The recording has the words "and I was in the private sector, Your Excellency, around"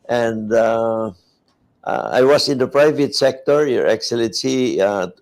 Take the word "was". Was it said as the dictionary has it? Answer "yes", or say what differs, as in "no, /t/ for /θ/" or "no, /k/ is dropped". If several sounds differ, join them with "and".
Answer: no, /s/ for /z/